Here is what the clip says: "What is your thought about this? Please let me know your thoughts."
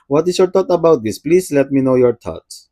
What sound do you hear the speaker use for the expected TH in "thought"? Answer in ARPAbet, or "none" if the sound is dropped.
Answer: T